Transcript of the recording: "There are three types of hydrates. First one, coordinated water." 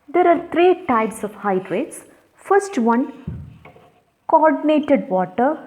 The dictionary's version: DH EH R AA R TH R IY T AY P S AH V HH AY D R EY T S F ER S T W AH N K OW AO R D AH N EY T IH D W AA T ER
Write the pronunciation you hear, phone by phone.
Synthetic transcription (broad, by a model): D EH R AA R T R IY T AY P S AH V HH AY D R EY T S F ER S T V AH N K OW AO R D AH N EY T IH D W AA T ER